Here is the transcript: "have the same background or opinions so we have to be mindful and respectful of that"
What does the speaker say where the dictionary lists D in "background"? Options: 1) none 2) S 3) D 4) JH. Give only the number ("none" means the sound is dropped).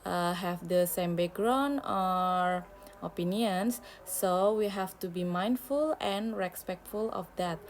1